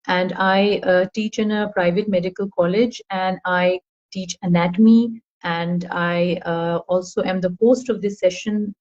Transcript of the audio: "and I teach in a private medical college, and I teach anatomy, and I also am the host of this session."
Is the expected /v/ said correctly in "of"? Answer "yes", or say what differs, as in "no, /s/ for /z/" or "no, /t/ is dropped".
yes